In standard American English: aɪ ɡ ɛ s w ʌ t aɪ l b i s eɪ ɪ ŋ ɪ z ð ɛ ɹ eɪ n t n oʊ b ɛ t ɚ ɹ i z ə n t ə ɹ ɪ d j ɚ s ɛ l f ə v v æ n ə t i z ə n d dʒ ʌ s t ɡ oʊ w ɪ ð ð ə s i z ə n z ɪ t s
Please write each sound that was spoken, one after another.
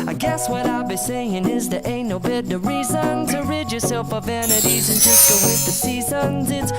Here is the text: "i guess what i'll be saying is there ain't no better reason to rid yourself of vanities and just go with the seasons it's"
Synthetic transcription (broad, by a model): aɪ ɡ ɛ s w ʌ t aɪ l b i s eɪ ɪ ŋ ɪ z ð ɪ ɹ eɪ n n oʊ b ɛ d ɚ ɹ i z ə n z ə ɹ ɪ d j ɚ s ɛ l f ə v v æ n ə t i z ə n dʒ ʌ s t ɡ oʊ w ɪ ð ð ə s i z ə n z ɪ t s